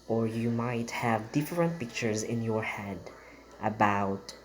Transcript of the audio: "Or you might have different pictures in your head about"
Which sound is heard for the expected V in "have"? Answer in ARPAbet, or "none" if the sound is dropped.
V